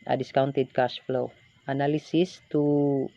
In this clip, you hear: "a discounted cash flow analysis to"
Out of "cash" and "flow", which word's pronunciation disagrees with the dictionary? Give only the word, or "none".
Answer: cash